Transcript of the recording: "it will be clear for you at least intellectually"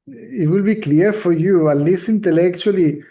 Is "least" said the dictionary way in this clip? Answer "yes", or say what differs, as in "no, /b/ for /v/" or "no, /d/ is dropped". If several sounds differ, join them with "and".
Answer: no, /t/ is dropped